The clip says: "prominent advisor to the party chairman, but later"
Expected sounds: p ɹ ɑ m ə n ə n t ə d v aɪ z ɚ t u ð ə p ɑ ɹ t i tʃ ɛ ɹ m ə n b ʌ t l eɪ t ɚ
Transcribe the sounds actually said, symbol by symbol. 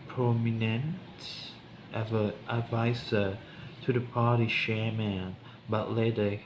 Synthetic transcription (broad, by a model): p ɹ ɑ m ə n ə n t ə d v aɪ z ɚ t u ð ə p ɑ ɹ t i ʃ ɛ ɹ m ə n b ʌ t l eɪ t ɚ